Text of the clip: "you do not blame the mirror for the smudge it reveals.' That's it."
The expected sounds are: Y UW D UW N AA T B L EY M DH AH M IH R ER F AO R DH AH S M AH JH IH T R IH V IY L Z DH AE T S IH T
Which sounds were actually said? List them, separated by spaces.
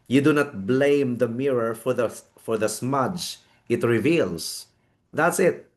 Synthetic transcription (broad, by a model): Y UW D UW N AA T B L EY M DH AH M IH R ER F AO R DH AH S M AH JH IH T R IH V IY L S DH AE T S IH T